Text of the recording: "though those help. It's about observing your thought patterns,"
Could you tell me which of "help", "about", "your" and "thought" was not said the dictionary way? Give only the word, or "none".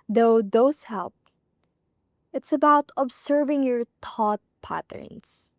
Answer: thought